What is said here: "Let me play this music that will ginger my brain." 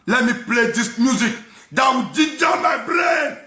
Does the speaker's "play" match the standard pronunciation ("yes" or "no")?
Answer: yes